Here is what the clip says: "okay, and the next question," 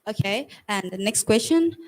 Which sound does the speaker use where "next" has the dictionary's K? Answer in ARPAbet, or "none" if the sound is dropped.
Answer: K